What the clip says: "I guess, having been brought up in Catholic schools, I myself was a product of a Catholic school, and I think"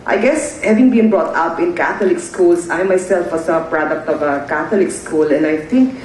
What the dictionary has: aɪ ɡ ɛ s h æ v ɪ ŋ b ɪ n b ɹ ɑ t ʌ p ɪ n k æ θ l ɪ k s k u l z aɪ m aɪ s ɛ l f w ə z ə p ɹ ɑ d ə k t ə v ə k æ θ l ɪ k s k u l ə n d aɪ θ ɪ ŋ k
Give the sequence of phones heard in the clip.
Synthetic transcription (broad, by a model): aɪ ɡ ɛ s h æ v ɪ ŋ b ɪ n b ɹ ɑ t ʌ p ɪ n k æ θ l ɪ k s k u l s aɪ m aɪ s ɛ l f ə s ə p ɹ ɑ d ə k t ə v ə k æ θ l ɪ k s k u l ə n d aɪ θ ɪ ŋ k